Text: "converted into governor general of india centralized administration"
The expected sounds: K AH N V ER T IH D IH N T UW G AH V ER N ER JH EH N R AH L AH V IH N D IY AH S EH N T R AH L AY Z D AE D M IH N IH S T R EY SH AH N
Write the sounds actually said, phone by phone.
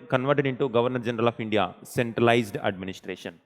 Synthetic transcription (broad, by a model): K AH N V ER T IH D IH N T UW G AH V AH N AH JH EH N R AH L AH P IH N D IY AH S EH N T R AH L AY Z D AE D M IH N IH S T R EY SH AH N